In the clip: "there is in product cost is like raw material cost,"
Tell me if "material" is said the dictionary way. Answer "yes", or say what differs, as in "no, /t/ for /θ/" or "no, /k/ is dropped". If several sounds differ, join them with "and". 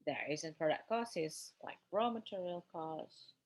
yes